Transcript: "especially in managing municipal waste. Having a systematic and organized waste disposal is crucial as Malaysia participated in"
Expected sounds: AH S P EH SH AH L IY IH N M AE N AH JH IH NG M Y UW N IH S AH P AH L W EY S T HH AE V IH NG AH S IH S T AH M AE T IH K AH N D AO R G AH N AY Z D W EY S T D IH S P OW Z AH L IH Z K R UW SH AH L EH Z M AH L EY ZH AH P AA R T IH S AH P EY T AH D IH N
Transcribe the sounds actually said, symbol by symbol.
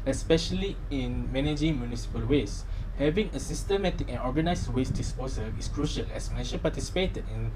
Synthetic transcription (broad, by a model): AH S P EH SH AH L IY IH N M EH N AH JH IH NG M Y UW N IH S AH P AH L W EY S HH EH V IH NG AH S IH S T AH M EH T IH K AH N AO G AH N AY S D W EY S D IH S P OW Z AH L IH S K R UW SH AH L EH S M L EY SH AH P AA T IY S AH P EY T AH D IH N